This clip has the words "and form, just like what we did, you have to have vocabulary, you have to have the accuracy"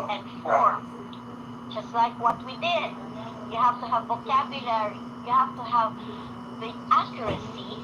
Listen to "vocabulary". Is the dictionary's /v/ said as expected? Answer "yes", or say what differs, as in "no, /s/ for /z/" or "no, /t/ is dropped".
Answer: yes